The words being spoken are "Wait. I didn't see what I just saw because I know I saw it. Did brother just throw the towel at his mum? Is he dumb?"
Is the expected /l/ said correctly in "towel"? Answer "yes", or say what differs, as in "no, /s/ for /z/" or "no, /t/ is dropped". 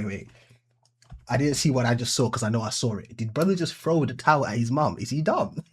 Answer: no, /n/ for /l/